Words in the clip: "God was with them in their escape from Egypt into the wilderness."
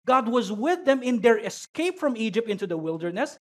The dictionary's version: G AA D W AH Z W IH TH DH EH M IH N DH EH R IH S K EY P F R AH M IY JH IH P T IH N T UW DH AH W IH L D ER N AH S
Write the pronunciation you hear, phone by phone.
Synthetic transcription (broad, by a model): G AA D W AH Z W IH DH EH M IH N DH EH R IH S K EY P F R AH M IY JH IH P T IH N T UW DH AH W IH L D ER N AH S